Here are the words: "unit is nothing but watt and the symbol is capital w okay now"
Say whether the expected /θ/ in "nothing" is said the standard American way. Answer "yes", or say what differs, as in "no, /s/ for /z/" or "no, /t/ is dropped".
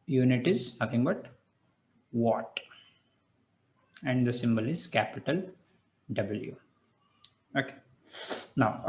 no, /t/ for /θ/